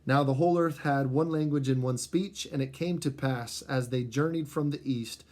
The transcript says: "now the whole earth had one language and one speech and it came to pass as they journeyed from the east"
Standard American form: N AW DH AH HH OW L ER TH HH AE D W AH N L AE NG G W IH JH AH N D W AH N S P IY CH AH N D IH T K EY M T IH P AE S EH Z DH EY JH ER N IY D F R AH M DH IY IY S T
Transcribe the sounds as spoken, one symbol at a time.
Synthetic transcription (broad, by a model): N AW DH AH HH OW L ER TH HH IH D W AH N L AE NG G W IH JH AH N W AH N S P IY CH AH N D IH T K EY M T IH P AE S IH Z DH EY JH ER N IY D F R AH M DH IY IY S T